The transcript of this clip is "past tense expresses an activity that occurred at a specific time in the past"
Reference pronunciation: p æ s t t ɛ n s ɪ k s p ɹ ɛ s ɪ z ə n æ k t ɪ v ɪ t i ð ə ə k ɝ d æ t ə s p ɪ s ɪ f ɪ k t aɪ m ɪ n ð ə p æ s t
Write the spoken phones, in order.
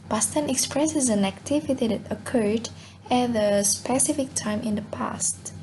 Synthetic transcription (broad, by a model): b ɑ s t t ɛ n ɪ k s p ɹ ɛ s ɪ z ə n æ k t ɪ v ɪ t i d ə ə k ɝ d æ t ə s p ɪ s ɪ f ɪ k t aɪ m ɪ n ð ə p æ s t